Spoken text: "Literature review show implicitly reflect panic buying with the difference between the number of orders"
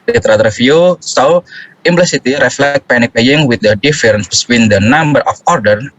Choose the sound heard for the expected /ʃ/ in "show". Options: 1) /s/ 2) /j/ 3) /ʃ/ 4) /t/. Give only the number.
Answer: 1